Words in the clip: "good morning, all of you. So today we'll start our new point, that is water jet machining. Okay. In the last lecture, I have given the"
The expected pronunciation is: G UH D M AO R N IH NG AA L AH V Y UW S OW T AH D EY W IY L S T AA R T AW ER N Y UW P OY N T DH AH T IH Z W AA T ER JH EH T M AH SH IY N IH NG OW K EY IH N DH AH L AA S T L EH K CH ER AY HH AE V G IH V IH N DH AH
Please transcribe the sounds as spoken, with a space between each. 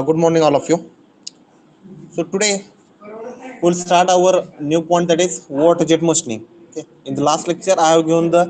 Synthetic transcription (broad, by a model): G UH D M AO R N IH NG AA L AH F Y UW S OW T AH D EY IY L S T AA R T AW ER N Y UW P OY N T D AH T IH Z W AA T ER JH EH T M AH S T N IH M OW K EY IH N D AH L AA S T L EH K CH ER AY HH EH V G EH IH N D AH